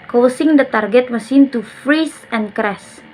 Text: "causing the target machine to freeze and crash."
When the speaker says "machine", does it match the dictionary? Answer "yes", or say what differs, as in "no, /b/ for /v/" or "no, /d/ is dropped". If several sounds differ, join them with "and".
no, /s/ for /ʃ/